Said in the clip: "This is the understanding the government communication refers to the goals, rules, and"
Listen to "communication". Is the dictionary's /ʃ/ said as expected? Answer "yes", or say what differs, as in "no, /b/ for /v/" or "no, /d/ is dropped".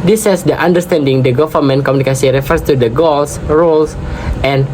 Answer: no, /s/ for /ʃ/